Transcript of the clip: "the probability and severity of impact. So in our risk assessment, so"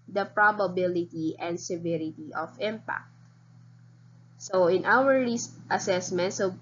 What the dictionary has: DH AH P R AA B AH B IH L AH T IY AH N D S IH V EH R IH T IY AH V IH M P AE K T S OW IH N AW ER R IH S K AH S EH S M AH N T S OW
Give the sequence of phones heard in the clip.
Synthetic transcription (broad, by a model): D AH P R AA B AH B IH L AH T IY AH N D S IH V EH R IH T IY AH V IH M P AE K T S OW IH N AW ER L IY S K AH S EH S M AH N T S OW